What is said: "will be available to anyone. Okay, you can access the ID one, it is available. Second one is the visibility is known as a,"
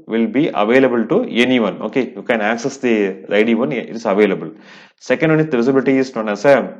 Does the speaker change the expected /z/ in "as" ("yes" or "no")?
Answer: yes